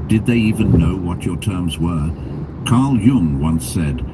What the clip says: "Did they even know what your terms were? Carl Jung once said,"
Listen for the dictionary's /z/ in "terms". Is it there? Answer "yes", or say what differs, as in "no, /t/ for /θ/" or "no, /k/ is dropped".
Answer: yes